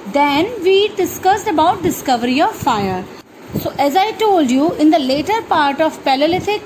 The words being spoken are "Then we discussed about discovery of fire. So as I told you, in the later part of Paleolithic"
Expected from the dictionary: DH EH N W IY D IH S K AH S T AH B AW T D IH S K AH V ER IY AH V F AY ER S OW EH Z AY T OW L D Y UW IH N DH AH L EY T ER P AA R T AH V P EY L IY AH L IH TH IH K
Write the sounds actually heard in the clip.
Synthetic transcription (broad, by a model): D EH N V IY D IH S K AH S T AH B AW T D IH S K AH V ER IY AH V F AY ER S OW EH Z AY T OW L D Y UW IH N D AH L EY T ER P AA R T AH V P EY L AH L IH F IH K